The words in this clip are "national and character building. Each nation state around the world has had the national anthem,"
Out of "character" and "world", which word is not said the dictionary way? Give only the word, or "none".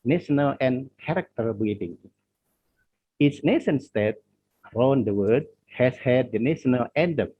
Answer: world